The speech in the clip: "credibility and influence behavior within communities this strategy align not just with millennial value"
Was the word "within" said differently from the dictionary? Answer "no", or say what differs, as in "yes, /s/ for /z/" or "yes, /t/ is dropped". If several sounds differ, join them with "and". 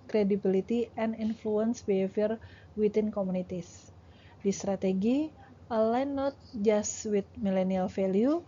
yes, /t/ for /θ/